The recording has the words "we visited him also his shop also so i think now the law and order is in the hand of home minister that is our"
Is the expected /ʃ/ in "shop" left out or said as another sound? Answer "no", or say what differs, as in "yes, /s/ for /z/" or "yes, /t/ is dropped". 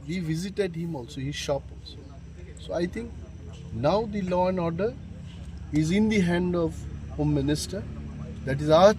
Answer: no